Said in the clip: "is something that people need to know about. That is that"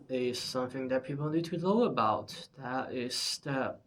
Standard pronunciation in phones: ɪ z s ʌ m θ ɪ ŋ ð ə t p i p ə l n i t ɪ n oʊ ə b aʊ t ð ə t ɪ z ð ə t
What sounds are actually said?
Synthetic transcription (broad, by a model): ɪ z s ʌ m θ ɪ ŋ ð ə t p i p l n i t ɪ l oʊ ə b aʊ t ð ə t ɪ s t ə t